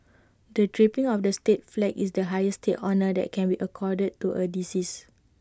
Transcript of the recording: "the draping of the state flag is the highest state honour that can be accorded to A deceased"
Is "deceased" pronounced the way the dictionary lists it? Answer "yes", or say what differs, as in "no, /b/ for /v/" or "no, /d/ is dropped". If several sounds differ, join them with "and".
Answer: no, /t/ is dropped